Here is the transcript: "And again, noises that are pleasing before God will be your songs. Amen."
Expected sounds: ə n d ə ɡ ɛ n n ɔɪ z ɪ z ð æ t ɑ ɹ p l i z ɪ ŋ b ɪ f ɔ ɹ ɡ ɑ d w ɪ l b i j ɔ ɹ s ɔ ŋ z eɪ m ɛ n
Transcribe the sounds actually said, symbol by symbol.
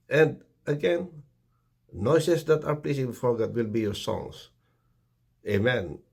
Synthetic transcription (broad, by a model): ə n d ə ɡ ɛ n n ɔɪ s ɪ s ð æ t ɑ ɹ p l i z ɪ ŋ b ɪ f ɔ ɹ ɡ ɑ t w ɪ l b i j ɔ ɹ s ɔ ŋ s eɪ m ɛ n